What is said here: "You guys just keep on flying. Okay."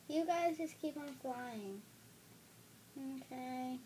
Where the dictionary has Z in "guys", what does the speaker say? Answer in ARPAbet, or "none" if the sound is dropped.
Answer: Z